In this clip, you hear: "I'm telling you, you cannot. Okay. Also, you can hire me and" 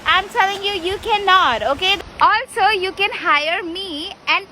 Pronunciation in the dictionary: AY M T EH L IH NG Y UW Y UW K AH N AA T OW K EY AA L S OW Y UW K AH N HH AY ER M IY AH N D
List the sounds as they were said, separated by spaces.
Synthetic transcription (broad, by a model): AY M S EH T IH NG Y UW Y UW K AH N AA T OW K EY AA L S OW Y UW K AH N HH AY ER M IY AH N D